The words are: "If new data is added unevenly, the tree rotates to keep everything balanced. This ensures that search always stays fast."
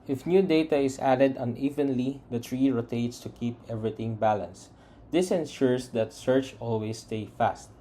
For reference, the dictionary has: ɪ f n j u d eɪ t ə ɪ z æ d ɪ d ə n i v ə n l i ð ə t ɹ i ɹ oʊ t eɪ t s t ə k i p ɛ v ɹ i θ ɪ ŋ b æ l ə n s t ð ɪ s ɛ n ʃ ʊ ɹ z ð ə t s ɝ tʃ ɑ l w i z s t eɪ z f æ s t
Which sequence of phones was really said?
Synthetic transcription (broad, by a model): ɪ f n j u d eɪ t ə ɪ s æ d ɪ d ə n i v ə n l i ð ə t ɹ i ɹ oʊ t eɪ t s t ə k i p ɛ v ɹ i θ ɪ ŋ b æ l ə n s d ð ɪ s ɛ n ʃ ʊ ɹ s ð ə t s ɝ tʃ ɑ l w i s t eɪ f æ s t